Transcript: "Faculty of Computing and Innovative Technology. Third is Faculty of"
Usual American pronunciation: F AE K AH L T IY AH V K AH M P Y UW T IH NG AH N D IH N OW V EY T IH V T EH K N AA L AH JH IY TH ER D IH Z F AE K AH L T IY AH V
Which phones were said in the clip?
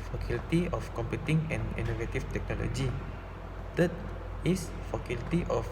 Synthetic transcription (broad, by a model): F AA K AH L T IY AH F K AH M P Y UW T IH NG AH N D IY N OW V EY T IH F T EH K N AA L AH JH IY T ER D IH S F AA K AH L T IY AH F